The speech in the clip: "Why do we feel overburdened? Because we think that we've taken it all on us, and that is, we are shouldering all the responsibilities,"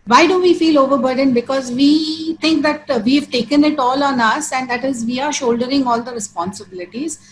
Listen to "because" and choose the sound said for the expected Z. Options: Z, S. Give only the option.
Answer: Z